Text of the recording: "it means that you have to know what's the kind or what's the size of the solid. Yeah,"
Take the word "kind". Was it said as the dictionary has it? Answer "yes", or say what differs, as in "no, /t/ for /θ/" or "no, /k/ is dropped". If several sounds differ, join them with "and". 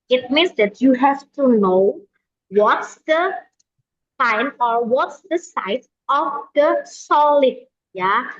no, /d/ is dropped